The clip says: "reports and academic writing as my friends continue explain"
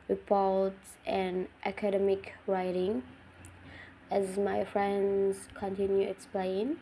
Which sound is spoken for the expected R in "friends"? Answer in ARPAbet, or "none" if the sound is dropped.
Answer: R